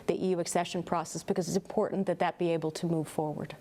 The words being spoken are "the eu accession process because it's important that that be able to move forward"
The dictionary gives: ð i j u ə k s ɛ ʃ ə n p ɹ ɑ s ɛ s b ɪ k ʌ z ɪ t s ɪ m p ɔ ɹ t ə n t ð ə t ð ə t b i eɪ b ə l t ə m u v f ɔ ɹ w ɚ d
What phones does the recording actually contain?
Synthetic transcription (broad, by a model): ð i j u ə k s ɛ ʃ ə n p ɹ ɑ s ɛ s b ɪ k ʌ z ɪ t s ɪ m p ɔ ɹ t n ð ə t ð ə t b i eɪ b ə l t ə m u v f ɔ ɹ w ɚ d